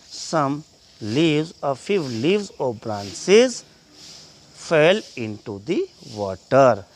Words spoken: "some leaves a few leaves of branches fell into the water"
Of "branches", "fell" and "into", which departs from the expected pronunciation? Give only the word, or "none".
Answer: branches